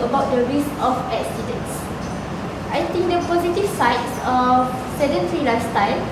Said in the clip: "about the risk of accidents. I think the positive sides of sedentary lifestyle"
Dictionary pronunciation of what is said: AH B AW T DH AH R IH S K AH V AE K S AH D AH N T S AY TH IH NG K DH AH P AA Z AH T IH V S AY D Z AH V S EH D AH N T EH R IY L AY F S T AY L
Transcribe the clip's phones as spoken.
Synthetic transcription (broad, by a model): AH B AW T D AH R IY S AH F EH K S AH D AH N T S AY T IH NG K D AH P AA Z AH T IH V S AY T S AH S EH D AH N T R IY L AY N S T AY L